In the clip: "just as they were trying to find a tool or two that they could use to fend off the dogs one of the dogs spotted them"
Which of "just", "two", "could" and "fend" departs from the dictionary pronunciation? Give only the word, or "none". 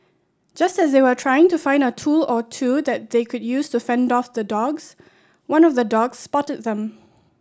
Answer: none